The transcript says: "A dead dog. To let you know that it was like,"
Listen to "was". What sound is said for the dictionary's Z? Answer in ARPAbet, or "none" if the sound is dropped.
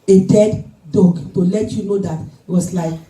S